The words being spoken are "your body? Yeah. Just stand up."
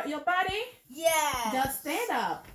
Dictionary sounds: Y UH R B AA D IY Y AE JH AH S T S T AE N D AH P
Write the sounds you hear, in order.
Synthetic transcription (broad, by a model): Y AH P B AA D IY Y AE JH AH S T S T AE N D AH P